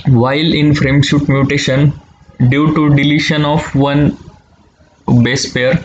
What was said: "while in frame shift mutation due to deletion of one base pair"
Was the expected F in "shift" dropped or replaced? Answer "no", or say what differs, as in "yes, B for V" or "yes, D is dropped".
yes, F is dropped